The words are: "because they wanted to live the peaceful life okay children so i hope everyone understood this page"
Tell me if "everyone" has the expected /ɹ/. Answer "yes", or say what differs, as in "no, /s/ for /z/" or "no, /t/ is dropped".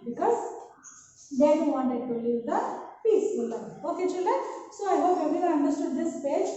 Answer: no, /ɹ/ is dropped